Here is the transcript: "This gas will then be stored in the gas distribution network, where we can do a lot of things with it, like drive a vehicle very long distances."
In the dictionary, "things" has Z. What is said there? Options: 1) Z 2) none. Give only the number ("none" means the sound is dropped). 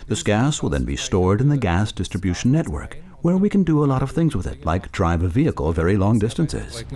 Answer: 1